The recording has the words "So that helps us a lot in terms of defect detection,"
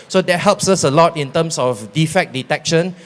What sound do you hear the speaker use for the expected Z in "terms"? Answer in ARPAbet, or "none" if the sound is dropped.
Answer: S